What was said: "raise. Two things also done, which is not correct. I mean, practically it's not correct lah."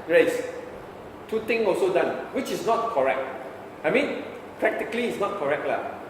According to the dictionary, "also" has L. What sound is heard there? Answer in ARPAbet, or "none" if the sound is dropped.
L